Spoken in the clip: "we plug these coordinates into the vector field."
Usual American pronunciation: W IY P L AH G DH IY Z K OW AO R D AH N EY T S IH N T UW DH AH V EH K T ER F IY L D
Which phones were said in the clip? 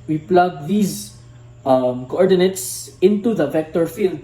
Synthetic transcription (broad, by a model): W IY P L AH G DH IY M K OW AO R D AH N EY T S IH N T UW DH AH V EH K T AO F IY L D